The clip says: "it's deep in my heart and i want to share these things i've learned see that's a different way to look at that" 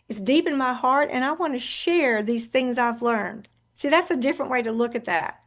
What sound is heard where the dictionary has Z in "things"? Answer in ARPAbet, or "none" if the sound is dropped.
Z